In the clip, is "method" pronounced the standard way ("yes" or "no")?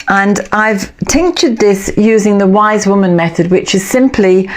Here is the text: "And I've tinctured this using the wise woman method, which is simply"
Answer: yes